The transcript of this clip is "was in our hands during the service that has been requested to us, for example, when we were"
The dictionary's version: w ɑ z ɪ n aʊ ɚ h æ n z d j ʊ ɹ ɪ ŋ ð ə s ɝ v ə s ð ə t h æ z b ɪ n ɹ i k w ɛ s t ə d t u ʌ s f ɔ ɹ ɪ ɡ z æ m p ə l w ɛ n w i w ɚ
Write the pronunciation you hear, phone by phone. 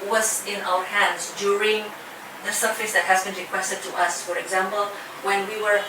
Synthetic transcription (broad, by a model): w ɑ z ɪ n aʊ ɚ h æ n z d j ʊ ɹ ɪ ŋ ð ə s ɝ f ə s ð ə t h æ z b ɪ n ɹ i k w ɛ s t ə d t u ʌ s f ɔ ɹ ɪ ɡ z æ m p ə l w ɛ n w i w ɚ